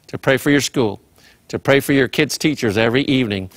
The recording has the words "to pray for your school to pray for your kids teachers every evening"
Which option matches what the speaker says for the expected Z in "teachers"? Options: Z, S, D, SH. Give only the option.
Z